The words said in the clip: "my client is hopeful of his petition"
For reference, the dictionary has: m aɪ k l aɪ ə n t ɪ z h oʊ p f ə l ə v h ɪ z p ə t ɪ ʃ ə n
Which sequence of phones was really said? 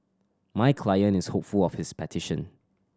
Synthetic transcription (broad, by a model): m aɪ k l aɪ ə n ɪ s h oʊ p f ə l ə f h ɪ s p ə t ɪ ʃ ə n